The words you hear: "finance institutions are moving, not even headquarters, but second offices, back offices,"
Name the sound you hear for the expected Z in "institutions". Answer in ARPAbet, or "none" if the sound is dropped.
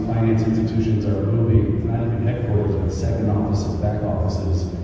Z